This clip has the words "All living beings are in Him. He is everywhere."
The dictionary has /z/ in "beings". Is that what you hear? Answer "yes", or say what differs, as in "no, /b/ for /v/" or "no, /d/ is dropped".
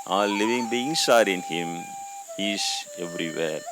no, /s/ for /z/